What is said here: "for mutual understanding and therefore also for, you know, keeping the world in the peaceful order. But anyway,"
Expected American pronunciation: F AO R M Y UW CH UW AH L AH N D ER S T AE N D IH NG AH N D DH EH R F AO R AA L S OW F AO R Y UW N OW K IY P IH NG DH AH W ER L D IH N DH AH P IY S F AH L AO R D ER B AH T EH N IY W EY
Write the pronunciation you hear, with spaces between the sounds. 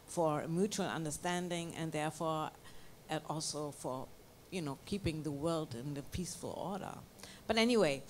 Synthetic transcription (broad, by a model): F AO R M Y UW CH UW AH L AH N D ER S T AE N D IH NG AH N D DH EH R F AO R AA L S OW F AO R Y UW N OW K IY P IH NG DH AH W ER L D IH N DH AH P IY S F AH L AO R D ER B AH T EH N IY W EY